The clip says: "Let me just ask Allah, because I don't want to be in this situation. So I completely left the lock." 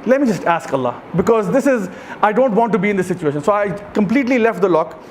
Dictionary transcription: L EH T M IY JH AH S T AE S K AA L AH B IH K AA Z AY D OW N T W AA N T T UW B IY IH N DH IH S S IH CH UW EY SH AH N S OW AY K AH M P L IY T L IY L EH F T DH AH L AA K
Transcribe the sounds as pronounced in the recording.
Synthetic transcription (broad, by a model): L EH T M IY JH AH S T AE S K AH L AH B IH K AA Z AY D OW N T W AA N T T UW B IY IH N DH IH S S IH CH UW EY SH AH N S OW AY K AH M P L IY T L IY L EH F T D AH L AA K